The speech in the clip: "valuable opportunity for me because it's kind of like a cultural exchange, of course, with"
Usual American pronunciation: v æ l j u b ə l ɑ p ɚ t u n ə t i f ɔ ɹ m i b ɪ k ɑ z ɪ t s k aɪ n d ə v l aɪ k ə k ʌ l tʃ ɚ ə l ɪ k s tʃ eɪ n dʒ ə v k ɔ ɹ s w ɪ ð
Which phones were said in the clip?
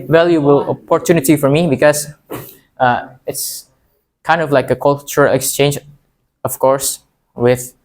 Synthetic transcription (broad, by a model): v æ l j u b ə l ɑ p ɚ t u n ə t i f ɔ ɹ m i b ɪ k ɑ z ɪ t s k aɪ n d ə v l aɪ k ə k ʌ l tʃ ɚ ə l ɪ k s tʃ eɪ n dʒ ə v k ɔ ɹ s w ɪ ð